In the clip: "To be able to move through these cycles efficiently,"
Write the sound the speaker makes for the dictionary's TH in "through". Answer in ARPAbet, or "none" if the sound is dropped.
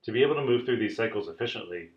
TH